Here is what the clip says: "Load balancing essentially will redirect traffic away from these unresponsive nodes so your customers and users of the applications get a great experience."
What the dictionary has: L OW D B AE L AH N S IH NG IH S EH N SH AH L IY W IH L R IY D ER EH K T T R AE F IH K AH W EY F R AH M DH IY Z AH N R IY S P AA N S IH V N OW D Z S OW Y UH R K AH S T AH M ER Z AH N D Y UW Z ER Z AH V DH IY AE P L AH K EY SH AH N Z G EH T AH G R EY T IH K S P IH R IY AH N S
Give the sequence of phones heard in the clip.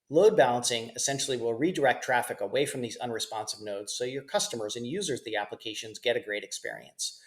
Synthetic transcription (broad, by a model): L OW D B AE L AH N S IH NG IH S EH N SH L IY W IH L R IY D ER EH K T T R AE F IH K AH W EY F R AH M DH IY Z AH N R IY S P AA N S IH B N OW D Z S OW Y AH R K AH S T AH M ER Z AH N Y UW Z ER Z DH IY AE P L AH K EY SH AH N Z G EH T AH G R EY T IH K S P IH R IY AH N S